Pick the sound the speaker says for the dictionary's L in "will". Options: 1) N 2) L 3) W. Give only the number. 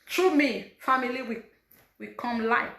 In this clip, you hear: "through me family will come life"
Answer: 3